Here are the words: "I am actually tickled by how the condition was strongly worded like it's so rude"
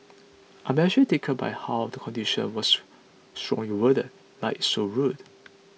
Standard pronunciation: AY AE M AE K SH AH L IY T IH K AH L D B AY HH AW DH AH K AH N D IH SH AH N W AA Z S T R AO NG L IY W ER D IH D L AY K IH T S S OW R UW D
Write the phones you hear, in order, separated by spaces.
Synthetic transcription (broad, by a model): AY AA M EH SH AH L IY T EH K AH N B AY HH AW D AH K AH N D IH SH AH N W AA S S T R AO NG L IY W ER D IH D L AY IH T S S OW R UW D